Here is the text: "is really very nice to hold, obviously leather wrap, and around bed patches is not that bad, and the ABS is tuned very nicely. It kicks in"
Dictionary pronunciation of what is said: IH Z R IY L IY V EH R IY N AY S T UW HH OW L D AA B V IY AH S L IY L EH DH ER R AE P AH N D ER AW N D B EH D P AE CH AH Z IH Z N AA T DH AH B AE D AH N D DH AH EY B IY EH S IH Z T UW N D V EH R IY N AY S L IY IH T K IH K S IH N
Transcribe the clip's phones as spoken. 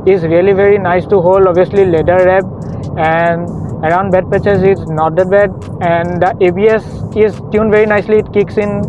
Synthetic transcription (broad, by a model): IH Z R IY L IY V EH R IY N AY S T UW HH OW L D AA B IY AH S L IY L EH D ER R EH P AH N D ER AW N D B EH D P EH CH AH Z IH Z N AA T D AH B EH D AH N D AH EY B IY EH S IH Z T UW N V EH R IY N AY S L IY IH T K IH K S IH N